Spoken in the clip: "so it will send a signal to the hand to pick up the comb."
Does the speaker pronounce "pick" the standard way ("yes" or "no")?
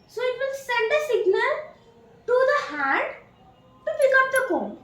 no